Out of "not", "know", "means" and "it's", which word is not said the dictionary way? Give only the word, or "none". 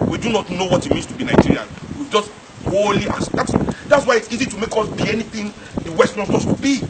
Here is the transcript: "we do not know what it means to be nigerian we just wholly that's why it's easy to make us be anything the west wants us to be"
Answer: means